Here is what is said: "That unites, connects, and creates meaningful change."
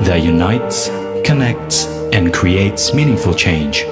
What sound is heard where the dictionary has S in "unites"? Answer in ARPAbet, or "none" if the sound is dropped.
S